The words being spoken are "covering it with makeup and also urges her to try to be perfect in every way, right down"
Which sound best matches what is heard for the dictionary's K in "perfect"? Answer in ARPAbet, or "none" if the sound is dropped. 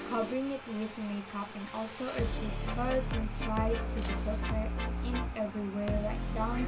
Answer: none